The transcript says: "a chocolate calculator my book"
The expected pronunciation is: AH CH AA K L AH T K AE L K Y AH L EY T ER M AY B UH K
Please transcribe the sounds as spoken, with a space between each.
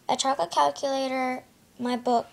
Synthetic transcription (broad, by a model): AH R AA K AH K AE L K Y AH L EY T ER M AY B UH K